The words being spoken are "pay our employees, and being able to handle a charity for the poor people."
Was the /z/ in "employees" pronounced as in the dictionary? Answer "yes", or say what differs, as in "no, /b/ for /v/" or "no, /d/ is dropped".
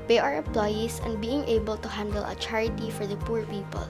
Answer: no, /s/ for /z/